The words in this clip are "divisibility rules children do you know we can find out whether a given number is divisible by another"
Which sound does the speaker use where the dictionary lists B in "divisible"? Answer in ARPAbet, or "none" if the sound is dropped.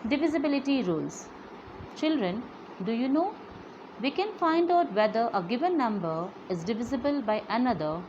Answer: B